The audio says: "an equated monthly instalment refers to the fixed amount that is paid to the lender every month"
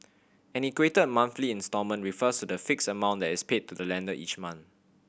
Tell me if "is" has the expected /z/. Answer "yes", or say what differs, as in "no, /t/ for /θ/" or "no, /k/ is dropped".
no, /s/ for /z/